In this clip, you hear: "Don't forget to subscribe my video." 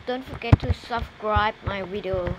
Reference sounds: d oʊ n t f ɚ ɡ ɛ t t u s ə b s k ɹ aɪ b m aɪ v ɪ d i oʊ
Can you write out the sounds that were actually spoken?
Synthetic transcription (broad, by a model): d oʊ n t f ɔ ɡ ɛ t t u s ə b s k ɹ aɪ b m aɪ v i d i oʊ